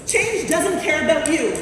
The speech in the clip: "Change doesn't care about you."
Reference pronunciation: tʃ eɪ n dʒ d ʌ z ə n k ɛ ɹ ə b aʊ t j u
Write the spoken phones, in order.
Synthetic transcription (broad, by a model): tʃ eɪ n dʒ d ʌ z ə n k ɛ ɹ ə b aʊ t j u